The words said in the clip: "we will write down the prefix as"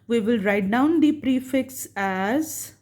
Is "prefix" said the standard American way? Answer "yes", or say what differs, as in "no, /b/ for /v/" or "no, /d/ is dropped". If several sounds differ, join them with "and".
yes